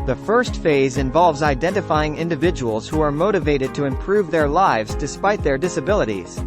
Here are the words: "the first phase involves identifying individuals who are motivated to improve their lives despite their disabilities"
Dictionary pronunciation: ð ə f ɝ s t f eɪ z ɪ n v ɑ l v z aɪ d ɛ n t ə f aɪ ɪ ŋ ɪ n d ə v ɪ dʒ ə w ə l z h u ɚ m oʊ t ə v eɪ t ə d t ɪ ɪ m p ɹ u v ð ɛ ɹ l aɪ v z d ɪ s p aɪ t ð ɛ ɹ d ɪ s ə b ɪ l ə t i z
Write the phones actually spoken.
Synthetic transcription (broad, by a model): ð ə f ɝ s t f eɪ z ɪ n v ɑ l v z aɪ d ɛ n t ə f aɪ ɪ ŋ ɪ n d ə v ɪ dʒ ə w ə l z h u ɚ m oʊ t ə v eɪ t ə d t ɪ ɪ m p ɹ u v ð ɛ ɹ l aɪ v z d ɪ s p aɪ t ð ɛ ɹ d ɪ s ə b ɪ l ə t i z